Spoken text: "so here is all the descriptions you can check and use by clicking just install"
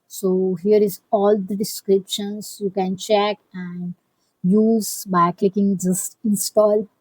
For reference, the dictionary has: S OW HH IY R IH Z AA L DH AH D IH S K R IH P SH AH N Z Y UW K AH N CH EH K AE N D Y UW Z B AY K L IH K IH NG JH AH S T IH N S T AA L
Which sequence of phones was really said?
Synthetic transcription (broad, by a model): S OW HH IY R IH Z AA L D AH D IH S K R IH P SH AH N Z Y UW K AH N CH EH K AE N D Y UW Z B AY K L IH K IH NG JH AH S T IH N S T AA L